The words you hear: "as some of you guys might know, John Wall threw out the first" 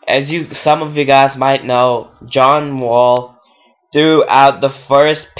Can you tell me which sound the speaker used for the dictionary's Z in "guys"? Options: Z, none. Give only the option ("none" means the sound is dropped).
Z